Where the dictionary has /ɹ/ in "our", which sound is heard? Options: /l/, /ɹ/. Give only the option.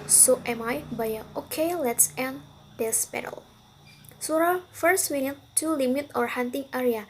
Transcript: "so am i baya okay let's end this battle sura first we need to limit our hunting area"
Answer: /ɹ/